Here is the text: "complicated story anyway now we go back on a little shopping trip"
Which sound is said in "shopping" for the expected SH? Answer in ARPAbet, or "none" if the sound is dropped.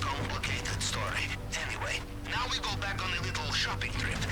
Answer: SH